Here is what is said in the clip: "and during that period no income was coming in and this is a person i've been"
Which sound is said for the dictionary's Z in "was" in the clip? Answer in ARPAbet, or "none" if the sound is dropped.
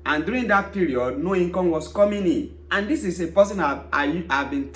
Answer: S